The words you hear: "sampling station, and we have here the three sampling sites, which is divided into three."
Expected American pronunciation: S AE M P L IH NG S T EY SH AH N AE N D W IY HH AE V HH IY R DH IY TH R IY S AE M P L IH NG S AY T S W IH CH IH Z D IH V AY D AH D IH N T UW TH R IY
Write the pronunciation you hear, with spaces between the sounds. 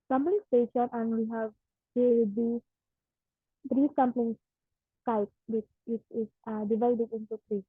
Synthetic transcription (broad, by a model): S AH M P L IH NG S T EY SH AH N AE N D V IY HH AE V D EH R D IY T R IY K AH M P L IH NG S AY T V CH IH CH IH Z D IH V AY D AH D IH N T UW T R IY